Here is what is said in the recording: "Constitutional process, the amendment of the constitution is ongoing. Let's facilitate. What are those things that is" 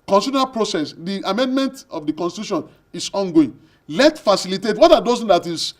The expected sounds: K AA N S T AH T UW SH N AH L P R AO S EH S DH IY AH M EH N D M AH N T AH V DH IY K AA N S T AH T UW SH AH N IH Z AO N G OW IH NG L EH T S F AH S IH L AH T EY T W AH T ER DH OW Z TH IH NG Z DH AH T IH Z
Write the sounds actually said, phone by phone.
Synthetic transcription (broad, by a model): K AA N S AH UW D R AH P R AO S EH S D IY AH M EH N D M AH N T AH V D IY K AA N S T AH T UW SH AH N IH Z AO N G OW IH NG L EH T F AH S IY L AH T EY T W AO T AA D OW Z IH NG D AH T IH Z